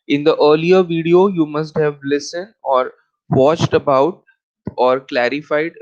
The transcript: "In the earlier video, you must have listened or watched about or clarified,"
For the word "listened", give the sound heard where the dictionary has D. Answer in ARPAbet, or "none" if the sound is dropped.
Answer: D